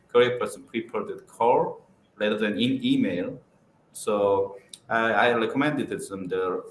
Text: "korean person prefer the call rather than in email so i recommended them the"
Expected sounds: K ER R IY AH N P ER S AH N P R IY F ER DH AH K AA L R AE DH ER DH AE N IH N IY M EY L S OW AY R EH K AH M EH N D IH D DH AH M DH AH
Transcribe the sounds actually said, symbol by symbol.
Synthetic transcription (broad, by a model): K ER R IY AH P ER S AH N P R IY P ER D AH K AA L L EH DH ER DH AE N IH N IY M EY L S OW AY R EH K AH M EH N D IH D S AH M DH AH